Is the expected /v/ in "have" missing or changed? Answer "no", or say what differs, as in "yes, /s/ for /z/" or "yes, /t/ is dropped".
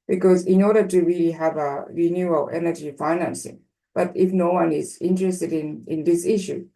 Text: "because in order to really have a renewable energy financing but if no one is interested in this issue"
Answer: no